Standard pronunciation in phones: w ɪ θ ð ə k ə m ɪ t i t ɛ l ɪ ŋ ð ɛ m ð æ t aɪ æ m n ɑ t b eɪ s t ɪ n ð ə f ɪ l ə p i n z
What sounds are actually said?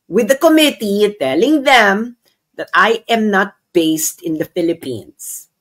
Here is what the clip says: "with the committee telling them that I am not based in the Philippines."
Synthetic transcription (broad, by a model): w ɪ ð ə k ə m ɪ t i t ɛ l ɪ ŋ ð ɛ m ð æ t aɪ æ m n ɑ t b eɪ s t ɪ n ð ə f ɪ l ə p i n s